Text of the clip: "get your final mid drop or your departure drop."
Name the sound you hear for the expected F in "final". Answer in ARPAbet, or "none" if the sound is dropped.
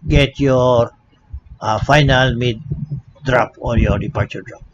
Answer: F